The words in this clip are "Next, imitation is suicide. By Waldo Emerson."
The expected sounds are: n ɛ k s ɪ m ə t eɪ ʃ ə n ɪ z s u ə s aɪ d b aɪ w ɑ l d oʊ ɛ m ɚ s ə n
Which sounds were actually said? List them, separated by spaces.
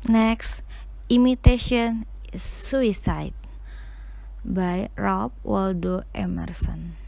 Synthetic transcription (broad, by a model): n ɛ k s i m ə t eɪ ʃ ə ɪ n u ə s aɪ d b aɪ w ɑ l d oʊ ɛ m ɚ s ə n